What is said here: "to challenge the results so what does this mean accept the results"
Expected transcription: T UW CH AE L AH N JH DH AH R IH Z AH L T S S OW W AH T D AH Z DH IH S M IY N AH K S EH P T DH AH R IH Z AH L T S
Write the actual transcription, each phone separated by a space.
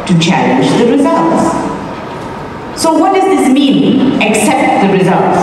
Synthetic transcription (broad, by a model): T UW CH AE AH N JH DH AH R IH Z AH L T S S OW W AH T D AH Z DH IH S M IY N AH K S EH P T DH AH R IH Z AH L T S